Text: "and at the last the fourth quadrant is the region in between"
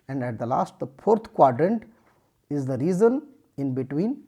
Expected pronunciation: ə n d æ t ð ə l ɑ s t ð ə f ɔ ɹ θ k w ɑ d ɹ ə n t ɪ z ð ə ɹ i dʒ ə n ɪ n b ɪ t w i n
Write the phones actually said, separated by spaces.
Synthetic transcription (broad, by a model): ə n d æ t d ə l ɑ s t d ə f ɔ ɹ t k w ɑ d ɹ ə n t ɪ z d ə ɹ i z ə n ɪ n b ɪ t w i n